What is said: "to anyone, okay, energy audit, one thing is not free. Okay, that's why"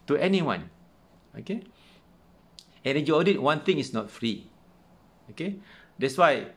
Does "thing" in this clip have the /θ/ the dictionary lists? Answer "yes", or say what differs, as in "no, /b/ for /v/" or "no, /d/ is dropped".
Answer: no, /t/ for /θ/